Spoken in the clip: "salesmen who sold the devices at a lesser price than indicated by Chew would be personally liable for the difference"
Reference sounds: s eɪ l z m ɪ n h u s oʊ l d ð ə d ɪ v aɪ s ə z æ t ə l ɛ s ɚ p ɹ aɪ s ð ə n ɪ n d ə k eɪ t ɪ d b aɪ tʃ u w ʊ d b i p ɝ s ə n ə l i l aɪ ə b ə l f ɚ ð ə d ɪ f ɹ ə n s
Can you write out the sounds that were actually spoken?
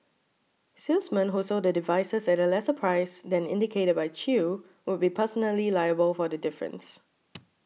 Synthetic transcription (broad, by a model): s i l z m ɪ n h u s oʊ d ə d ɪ v aɪ s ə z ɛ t ə l ɛ s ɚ p ɹ aɪ s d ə n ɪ n d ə k eɪ t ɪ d b aɪ tʃ u w ʊ d b i p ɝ s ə n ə l i l aɪ ə b ə l f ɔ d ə d ɪ f ɹ ə n s